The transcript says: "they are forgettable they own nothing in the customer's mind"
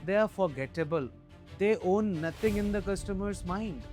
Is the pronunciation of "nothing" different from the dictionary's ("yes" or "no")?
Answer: yes